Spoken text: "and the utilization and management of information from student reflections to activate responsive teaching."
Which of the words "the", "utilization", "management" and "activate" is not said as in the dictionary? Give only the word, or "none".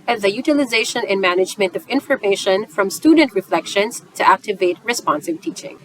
none